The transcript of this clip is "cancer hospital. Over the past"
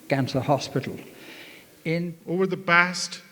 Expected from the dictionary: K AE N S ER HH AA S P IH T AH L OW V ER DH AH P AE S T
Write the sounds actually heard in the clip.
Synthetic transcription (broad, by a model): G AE N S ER HH AA S P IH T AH N OW V ER DH AH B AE S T